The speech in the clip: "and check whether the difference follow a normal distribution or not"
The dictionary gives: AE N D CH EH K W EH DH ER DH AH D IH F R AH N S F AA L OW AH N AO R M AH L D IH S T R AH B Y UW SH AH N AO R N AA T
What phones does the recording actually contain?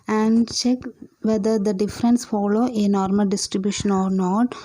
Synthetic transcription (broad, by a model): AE N D CH EH K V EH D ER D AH D IH F R AH N S F AA L OW AH N AO R M AH L D IH S T R AH B Y UW SH AH N AO R N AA T